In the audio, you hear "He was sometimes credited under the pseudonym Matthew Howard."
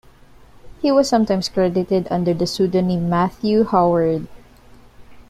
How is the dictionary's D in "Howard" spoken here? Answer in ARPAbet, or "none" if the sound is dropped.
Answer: D